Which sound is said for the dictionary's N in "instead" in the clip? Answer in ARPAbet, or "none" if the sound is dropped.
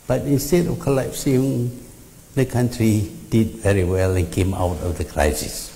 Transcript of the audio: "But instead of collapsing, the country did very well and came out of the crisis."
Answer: N